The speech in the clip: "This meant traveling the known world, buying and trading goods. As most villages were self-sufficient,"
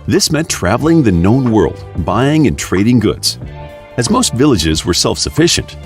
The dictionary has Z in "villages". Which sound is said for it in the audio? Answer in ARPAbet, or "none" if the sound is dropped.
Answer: Z